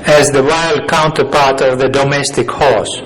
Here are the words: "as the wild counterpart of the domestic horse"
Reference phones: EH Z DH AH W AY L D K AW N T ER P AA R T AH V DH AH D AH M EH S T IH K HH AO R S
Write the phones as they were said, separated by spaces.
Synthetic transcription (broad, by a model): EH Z DH AH W AY L D K AW N T ER P AA R T AH V DH AH D AH M EH S T IH K HH AO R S